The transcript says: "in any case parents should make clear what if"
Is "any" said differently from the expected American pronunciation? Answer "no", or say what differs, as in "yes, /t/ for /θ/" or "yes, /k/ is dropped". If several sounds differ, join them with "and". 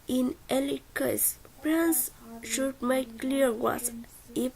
yes, /l/ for /n/